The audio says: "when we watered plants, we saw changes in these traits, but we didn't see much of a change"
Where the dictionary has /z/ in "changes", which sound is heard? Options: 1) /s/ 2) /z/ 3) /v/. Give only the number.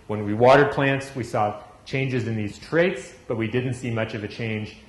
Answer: 2